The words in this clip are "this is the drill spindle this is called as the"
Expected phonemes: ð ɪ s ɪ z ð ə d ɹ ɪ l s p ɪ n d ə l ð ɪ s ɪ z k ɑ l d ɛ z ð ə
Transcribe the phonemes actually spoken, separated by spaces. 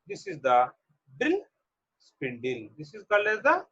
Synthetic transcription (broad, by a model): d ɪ s ɪ z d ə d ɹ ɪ l s p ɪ n d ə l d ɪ s ɪ z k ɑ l ɛ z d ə